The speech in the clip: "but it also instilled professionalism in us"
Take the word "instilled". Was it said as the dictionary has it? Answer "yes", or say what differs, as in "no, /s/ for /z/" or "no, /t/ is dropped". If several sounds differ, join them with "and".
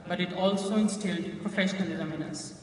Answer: yes